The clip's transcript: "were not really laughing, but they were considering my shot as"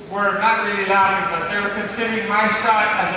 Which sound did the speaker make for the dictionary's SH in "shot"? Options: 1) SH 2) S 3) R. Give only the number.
2